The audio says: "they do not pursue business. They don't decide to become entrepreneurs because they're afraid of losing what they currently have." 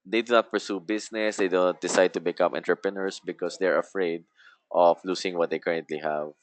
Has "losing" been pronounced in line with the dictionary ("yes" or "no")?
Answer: no